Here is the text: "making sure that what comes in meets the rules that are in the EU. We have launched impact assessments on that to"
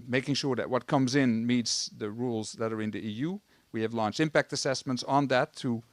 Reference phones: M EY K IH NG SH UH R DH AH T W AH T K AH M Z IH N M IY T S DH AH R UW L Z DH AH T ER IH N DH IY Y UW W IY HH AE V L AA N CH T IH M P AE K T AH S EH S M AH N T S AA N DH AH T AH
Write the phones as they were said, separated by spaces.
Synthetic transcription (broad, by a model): M EY K IH NG SH UH R DH AH T W AH T K AH M Z IH N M IY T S DH AH R UW L Z DH AH T ER IH N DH IY Y UW W IY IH V L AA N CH IH M P AE K T AH S EH S M AH N T S N DH AH T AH